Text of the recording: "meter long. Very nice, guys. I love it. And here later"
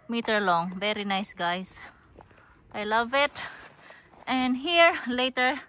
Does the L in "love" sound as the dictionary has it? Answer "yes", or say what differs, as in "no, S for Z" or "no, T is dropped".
yes